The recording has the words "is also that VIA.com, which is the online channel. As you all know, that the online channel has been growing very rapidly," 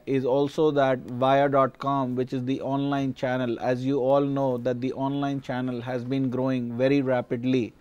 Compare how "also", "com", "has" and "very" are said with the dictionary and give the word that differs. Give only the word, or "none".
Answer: none